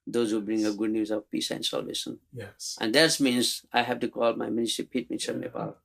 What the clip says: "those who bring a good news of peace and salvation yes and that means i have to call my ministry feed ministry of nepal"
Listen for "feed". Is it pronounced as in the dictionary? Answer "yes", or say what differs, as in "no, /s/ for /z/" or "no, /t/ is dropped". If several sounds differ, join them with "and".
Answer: no, /p/ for /f/